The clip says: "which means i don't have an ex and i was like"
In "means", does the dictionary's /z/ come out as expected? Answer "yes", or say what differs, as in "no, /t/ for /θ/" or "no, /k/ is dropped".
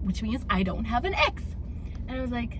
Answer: yes